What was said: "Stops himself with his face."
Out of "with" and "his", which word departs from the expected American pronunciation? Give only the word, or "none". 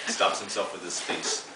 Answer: his